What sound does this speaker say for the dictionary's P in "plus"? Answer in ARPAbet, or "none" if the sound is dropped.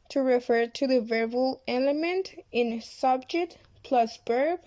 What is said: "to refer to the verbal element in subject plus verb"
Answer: P